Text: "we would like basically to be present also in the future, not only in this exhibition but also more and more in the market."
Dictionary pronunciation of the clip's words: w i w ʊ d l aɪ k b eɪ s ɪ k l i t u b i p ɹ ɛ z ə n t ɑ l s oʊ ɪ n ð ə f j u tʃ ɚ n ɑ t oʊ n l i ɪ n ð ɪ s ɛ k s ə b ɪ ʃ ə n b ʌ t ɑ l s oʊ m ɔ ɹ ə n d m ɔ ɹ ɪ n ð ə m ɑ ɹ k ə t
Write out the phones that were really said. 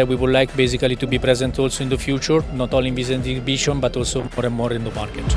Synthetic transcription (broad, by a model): w i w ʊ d l aɪ k b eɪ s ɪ k l i t u b i p ɹ ɛ z ə n t ɑ l s oʊ ɪ n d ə f j u tʃ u n ɑ t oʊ l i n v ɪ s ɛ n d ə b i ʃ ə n b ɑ t ɑ l s oʊ m ɔ ɹ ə n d m ɔ ɹ ɪ n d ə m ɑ ɹ k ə t